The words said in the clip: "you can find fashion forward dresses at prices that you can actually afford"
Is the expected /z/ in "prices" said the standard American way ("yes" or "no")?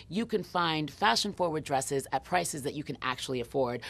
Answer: yes